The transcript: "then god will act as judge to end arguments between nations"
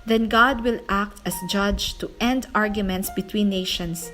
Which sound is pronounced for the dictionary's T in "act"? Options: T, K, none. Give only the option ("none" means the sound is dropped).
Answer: T